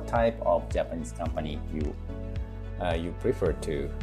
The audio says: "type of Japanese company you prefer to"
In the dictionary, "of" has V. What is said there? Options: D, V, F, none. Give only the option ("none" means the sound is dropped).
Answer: F